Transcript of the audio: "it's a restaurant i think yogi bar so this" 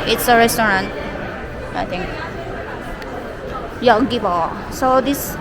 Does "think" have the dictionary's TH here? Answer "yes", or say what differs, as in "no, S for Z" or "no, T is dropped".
no, T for TH